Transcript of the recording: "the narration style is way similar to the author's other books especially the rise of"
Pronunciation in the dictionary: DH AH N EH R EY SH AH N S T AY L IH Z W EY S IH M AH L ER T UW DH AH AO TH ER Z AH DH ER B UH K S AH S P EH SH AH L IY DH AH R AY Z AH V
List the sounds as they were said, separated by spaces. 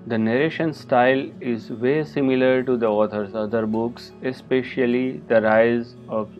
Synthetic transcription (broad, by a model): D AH N EH R EY SH AH N S T AY L IH Z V EY S IH M AH L ER T UW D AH AO T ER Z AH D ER B UH K S AH S P EH SH AH L IY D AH R AY Z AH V